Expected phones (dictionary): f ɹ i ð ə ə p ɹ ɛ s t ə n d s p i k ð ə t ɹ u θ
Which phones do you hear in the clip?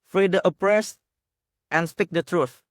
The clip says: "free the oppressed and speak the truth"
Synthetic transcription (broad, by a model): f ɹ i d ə ə p ɹ ɛ s t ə n s p i k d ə t ɹ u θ